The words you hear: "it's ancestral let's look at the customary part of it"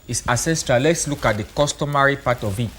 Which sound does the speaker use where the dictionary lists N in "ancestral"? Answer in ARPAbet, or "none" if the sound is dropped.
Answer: none